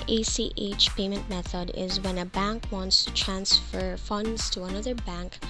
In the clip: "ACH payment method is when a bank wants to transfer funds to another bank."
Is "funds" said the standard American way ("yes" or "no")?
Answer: yes